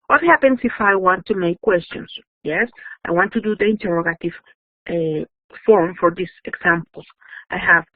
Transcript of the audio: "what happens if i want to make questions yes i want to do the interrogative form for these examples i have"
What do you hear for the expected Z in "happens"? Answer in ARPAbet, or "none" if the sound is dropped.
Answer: S